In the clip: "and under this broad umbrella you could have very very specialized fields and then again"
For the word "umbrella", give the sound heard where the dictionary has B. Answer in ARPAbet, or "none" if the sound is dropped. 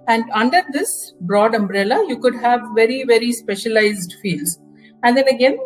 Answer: B